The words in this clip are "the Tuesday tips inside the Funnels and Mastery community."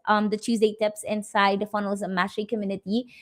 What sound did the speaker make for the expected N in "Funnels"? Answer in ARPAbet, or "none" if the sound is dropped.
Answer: N